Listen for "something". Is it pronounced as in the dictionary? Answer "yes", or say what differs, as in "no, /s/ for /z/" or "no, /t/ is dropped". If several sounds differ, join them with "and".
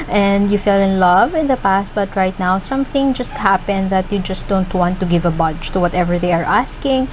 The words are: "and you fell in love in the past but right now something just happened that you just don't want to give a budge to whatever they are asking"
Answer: yes